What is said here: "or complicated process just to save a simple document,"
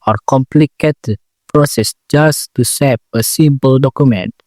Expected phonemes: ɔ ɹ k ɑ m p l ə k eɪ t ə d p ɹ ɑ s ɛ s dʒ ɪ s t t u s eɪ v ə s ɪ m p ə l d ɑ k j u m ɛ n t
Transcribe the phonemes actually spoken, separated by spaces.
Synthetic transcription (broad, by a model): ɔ ɹ k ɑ m p l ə k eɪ t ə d p ɹ ɑ s ɛ s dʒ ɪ s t t u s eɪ p ə s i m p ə l d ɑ k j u m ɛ n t